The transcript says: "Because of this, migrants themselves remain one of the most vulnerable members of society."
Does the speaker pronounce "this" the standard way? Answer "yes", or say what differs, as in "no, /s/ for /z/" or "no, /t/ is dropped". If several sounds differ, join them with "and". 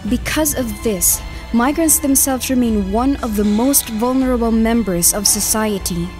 yes